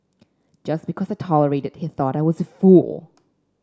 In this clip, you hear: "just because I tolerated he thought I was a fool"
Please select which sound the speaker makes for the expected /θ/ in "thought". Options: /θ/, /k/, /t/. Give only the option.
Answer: /θ/